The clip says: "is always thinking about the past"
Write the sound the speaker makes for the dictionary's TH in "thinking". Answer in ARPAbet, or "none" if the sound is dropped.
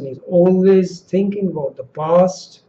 TH